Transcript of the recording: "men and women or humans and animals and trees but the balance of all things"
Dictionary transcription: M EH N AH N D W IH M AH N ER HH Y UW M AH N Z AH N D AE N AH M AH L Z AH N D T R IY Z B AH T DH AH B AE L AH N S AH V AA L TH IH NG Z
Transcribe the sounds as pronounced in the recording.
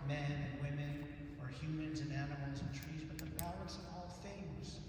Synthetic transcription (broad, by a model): M EH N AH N W IH M AH N ER HH Y UW M AH N Z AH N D AE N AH M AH L Z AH N T R IY Z B AH T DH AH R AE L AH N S AH V AA L TH IH NG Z